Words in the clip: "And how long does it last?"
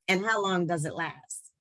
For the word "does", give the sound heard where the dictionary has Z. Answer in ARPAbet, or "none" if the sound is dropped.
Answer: Z